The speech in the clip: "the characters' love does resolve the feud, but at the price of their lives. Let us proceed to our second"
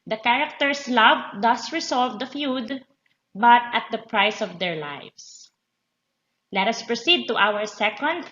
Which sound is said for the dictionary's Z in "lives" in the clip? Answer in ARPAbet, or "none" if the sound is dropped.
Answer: S